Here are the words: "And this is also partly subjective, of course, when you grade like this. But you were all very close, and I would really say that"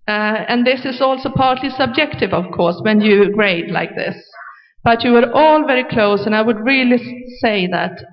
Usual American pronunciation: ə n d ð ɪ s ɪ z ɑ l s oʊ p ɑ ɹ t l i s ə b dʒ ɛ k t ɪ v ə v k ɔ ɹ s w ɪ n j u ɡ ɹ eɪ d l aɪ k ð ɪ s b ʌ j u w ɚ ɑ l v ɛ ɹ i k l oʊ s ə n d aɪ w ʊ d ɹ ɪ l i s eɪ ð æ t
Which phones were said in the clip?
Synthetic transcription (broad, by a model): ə n ð ɪ s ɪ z ɑ l s oʊ p ɑ ɹ t l i s ə b dʒ ɛ k t ɪ v ə v k ɔ ɹ s w ɪ n j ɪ ɡ ɹ eɪ d l aɪ k ð ɪ s b ʌ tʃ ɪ w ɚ ɑ l v ɛ ɹ i k l oʊ s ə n aɪ w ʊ d ɹ ɪ l i s eɪ ð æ t